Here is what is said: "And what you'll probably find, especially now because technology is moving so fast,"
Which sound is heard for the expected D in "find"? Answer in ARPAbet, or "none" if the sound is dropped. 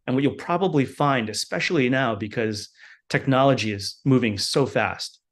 D